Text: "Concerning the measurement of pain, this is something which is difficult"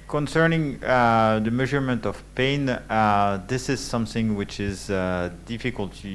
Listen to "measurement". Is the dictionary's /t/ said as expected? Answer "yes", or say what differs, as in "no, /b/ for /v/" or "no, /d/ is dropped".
yes